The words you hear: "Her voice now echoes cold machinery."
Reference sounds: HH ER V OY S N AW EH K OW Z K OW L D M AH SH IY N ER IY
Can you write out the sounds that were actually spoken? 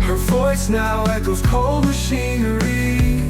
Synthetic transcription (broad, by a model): HH ER V OY S N AW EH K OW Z K OW L D M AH SH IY N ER IY